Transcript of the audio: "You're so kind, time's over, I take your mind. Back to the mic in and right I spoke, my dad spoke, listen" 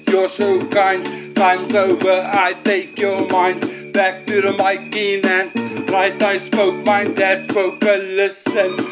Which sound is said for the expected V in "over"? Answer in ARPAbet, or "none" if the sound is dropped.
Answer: V